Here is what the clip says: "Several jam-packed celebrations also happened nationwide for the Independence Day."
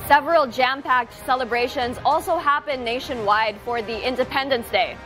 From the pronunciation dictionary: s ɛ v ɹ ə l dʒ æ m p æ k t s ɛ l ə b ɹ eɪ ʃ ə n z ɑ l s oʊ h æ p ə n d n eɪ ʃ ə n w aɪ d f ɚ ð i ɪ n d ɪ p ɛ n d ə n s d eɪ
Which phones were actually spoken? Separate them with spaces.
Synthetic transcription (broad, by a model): s ɛ v ɹ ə l dʒ æ m p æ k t s ɛ l ə b ɹ eɪ ʃ ə n z ɑ l s oʊ h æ p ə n n eɪ ʃ ə n w aɪ d f ɚ ð i ɪ n d ɪ p ɛ n d ə n s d eɪ